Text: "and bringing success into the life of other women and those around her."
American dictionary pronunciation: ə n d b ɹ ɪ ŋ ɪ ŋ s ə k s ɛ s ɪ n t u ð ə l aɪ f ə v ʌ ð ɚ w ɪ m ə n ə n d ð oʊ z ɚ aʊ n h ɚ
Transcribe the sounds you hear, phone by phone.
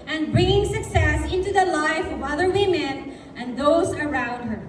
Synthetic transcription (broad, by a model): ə n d b ɹ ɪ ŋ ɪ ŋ s ə k s ɛ s ɪ n t u ð ə l aɪ f ə v ʌ ð ɚ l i m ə n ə n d ð oʊ z ɚ aʊ n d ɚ